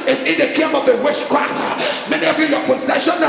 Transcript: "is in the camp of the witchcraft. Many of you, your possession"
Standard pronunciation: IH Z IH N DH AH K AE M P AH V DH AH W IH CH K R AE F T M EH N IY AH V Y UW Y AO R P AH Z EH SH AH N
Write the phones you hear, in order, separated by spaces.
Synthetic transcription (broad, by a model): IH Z IH N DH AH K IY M AH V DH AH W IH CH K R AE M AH M EH N IY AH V Y UW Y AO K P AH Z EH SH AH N